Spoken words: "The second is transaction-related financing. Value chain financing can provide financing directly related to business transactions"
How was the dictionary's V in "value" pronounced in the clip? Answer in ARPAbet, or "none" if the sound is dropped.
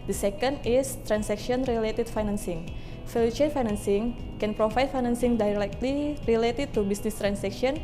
F